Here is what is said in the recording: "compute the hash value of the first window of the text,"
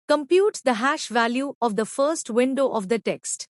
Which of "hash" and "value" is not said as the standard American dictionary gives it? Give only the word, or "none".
none